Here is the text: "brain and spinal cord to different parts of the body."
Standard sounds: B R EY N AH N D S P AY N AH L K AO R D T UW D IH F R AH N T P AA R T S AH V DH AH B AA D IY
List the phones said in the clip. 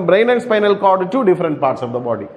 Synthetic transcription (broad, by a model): B R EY N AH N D S P AY N AH L K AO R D T UW D IH F R AH N T P AA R T S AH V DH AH B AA D IY